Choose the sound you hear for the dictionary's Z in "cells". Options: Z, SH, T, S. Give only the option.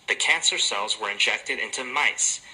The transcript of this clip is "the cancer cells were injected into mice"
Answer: Z